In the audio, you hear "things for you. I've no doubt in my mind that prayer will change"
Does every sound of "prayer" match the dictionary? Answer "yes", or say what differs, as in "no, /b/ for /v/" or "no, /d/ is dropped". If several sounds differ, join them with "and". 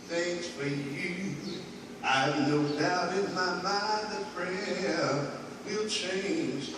no, /f/ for /p/